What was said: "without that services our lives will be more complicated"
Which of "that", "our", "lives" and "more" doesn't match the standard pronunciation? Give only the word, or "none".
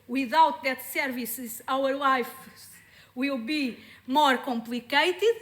lives